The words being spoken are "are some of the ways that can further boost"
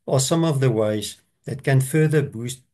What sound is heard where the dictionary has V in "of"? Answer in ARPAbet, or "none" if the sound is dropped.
V